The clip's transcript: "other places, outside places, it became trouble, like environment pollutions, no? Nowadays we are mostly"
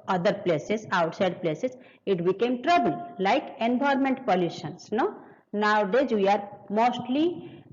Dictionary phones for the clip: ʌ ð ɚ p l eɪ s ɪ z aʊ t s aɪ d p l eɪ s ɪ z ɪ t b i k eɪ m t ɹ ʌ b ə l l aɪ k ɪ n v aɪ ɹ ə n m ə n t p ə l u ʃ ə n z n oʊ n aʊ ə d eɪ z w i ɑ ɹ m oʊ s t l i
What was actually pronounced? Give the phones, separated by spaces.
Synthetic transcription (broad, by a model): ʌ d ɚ p l eɪ s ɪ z aʊ t s aɪ d p l eɪ s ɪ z ɪ t b i k eɪ m t ɹ ʌ b ə l l aɪ k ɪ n b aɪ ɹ m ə n t p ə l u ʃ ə n s n oʊ n aʊ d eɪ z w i ɑ ɹ m oʊ s t l i